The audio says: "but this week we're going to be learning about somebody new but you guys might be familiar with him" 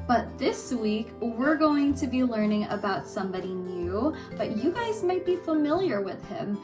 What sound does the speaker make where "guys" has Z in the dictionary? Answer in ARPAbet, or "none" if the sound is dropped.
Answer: Z